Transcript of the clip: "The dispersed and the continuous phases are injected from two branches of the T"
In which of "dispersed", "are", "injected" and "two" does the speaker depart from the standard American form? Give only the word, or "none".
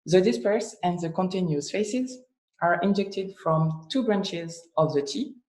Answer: dispersed